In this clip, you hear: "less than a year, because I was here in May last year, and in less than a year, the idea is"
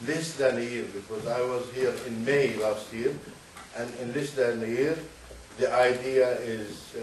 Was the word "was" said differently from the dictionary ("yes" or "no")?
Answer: no